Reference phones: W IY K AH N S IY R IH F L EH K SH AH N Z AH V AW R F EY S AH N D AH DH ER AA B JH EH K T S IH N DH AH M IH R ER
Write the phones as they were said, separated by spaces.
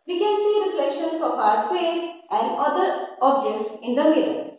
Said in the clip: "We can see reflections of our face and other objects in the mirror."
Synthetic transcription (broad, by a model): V IY K AH N S IY R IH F L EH K SH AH N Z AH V AW R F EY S AH N D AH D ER AA B JH EH K T S IH N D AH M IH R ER